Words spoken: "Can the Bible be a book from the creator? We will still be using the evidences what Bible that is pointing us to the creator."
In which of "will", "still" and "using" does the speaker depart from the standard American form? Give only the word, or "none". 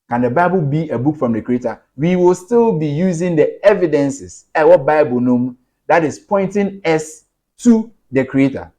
none